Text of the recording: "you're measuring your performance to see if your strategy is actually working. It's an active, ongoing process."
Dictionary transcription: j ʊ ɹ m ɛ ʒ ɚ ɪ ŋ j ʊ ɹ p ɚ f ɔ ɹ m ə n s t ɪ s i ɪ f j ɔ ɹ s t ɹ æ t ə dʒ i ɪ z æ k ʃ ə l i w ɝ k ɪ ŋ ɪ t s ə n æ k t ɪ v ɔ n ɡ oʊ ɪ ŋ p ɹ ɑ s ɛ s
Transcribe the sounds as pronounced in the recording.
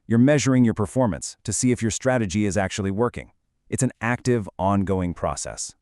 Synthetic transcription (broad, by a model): j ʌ ɹ m ɛ ʒ ɚ ɪ ŋ j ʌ ɹ p ɚ f ɔ ɹ m ə n s t ɪ s i ɪ f j ɔ ɹ s t ɹ æ t ə dʒ i ɪ z æ k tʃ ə l i w ɝ k ɪ ŋ ɪ t s ə n æ k t ɪ v ɔ n ɡ oʊ ɪ ŋ p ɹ ɑ s ɛ s